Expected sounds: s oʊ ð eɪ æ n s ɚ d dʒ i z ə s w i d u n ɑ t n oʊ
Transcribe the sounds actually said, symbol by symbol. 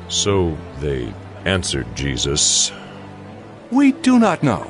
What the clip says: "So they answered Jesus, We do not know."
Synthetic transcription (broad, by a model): s oʊ ð eɪ æ n s ɚ d dʒ i z ə s w i d u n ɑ t n oʊ